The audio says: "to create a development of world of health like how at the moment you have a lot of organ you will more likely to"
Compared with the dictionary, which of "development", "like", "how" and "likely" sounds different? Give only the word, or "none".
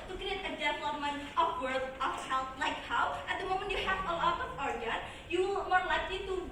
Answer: development